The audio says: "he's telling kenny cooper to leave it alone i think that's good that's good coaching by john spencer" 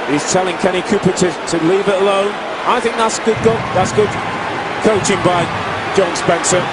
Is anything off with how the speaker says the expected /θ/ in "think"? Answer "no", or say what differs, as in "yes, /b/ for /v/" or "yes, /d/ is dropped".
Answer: no